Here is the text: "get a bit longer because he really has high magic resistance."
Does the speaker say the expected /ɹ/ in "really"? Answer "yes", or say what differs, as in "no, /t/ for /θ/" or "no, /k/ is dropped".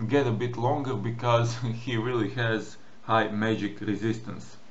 yes